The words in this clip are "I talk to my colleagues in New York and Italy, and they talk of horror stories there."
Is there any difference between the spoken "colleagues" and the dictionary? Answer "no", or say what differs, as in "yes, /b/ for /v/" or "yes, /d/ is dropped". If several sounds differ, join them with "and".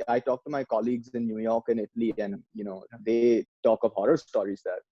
no